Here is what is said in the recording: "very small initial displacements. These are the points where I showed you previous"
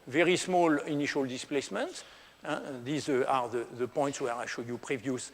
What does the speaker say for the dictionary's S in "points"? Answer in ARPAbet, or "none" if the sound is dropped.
S